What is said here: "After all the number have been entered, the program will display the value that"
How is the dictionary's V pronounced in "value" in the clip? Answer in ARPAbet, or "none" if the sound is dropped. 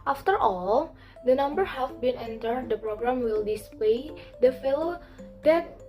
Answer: F